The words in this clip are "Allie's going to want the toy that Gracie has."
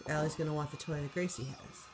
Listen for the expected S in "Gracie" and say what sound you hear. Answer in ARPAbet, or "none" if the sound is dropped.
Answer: S